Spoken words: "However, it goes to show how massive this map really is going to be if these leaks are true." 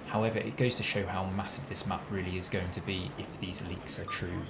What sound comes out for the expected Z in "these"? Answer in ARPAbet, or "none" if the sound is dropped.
Z